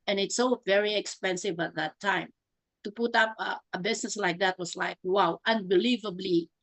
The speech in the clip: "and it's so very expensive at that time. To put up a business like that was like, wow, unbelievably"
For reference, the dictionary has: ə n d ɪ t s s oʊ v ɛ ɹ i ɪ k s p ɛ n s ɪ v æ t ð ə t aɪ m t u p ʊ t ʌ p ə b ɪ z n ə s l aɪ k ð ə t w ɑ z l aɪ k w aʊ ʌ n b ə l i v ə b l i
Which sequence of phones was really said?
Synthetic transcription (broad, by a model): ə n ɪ t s s oʊ v ɛ ɹ i ɪ k s p ɛ n s ɪ v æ t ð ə t aɪ m t u p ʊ t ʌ p ə b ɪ s n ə s l aɪ k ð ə t w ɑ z l aɪ k w aʊ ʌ n b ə l i v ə b l i